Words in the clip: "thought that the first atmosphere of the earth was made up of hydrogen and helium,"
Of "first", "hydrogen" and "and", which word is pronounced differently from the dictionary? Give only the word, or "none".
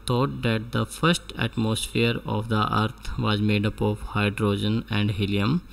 none